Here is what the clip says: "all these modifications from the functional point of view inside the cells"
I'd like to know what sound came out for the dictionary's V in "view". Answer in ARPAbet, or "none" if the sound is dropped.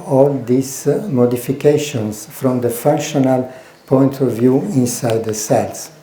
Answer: V